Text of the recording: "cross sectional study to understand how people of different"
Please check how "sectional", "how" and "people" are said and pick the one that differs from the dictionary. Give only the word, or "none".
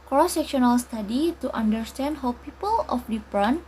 none